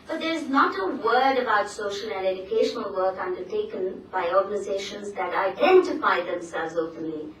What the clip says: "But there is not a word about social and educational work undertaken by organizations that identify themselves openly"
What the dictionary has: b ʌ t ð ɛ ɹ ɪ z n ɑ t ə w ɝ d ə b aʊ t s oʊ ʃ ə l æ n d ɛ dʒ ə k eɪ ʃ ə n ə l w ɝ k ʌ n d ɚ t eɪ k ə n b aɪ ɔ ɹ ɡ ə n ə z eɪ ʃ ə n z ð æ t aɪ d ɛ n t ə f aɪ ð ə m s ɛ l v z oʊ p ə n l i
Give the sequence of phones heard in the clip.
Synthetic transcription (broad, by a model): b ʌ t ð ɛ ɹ ɪ z n ɑ t ə w ɝ d ə b aʊ t s oʊ ʃ ə l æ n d ɛ dʒ ə k eɪ ʃ ə n ə l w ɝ k ʌ n d ɚ t eɪ k ə n b aɪ ɔ ɹ ɡ ə n ə z eɪ ʃ ə n z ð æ t aɪ d ɛ n t ə f aɪ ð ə m s ɛ l v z oʊ p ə n l i